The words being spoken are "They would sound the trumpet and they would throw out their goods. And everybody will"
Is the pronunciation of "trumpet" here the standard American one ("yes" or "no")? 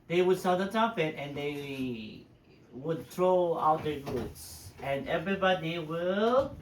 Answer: no